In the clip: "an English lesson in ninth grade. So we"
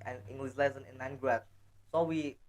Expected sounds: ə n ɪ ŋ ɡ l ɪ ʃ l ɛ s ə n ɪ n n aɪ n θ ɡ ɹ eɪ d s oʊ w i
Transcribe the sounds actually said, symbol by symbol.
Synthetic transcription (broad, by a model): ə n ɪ ŋ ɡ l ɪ s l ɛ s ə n ɪ n l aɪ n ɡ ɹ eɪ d s oʊ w i